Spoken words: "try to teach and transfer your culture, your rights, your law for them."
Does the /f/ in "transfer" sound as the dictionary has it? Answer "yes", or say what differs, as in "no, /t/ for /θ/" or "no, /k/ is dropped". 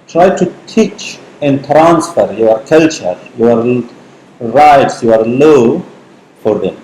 yes